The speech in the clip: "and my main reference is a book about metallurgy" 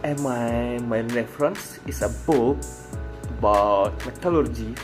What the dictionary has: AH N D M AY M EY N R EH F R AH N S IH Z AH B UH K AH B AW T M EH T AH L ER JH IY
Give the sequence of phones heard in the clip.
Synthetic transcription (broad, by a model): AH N M AY M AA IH R EH F R AH N S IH S AH B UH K AH B AW T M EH T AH L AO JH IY